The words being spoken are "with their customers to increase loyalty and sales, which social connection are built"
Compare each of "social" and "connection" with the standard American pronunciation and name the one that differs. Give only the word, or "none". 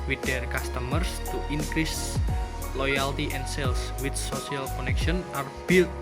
social